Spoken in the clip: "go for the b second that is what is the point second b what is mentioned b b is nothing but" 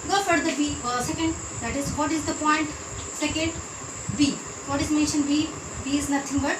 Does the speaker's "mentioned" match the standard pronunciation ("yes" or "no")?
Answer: yes